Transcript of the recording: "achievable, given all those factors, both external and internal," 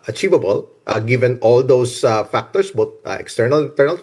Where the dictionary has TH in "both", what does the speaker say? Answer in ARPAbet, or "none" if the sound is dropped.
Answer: T